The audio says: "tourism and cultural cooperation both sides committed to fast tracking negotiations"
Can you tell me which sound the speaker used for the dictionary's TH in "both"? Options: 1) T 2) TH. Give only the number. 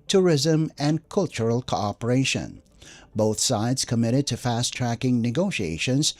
2